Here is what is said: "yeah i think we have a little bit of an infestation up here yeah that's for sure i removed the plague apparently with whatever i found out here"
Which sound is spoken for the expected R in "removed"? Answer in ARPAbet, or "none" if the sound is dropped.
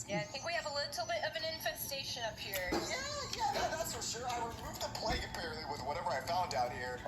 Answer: W